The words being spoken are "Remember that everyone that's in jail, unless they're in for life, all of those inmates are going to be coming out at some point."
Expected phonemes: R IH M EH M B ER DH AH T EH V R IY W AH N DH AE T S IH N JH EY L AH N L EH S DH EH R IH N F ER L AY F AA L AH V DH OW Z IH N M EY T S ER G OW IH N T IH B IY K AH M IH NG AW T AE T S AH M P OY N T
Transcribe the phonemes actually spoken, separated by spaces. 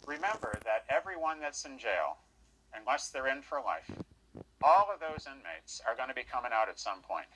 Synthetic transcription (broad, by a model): R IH M EH M B ER DH AH T EH V R IY W AH N DH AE T S IH N JH EY L AH N L EH S DH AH R IH N F ER L AY F AA L AH V DH OW Z IH N M EY T S ER G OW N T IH B IY K AH M IH NG AW T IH T S AH M P OY N T